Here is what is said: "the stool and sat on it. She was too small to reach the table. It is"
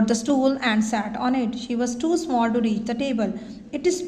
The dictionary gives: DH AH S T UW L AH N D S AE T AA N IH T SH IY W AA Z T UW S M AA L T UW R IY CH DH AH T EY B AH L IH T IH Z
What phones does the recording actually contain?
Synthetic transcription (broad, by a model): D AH S T UW L AH N D S AE T AA N IH T SH IY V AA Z T UW S M AA L T UW R IY CH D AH T EY B AH L IH T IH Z